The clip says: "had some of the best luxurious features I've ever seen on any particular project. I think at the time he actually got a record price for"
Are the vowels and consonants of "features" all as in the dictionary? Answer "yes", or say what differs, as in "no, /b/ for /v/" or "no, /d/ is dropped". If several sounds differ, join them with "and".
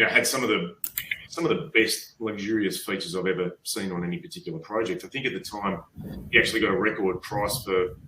yes